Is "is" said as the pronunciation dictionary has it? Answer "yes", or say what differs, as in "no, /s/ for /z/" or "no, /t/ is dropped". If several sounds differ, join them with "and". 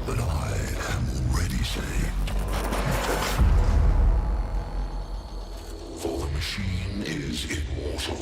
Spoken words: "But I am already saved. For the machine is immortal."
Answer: yes